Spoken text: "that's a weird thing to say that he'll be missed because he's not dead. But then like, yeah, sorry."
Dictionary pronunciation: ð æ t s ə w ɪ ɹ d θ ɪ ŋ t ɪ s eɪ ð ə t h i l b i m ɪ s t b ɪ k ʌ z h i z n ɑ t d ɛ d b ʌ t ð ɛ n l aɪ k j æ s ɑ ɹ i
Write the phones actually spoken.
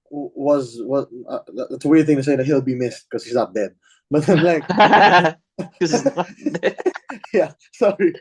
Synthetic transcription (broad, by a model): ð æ t s ə w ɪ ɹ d θ ɪ ŋ t ɪ s eɪ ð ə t h i l b i m ɪ s t k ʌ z h i z n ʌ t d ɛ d b ʌ t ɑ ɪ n l aɪ k j æ s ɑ ɹ i